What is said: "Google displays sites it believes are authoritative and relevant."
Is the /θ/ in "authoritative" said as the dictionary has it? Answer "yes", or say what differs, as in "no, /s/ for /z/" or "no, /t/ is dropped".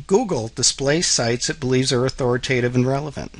yes